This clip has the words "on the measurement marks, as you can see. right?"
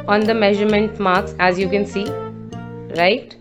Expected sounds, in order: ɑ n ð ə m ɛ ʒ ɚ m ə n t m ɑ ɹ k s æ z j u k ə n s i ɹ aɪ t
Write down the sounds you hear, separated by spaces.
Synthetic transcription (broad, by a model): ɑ n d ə m ɛ ʒ ɚ m ə n t m ɑ ɹ k s æ z j u k ə n s i ɹ aɪ t